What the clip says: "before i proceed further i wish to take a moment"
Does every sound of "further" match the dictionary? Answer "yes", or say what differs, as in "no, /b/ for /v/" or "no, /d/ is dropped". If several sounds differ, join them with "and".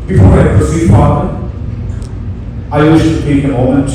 no, /p/ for /f/